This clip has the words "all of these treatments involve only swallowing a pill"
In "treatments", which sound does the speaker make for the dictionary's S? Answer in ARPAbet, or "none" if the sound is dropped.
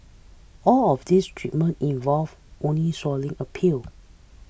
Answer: none